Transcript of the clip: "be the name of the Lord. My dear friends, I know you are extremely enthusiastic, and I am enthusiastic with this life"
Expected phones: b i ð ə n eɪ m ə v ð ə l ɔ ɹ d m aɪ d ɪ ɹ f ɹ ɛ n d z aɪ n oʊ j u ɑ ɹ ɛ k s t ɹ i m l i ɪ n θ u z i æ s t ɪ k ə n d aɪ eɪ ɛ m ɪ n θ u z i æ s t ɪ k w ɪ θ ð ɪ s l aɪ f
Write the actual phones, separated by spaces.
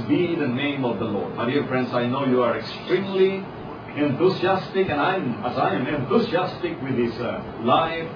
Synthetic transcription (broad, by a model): b i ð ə n eɪ m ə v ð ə l ɔ ɹ d m aɪ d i ɹ f ɹ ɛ n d s aɪ n oʊ j u ɑ ɹ ɛ k s t ɹ i m l i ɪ n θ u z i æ s t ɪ k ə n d aɪ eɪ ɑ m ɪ n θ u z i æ s t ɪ k w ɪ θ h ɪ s l aɪ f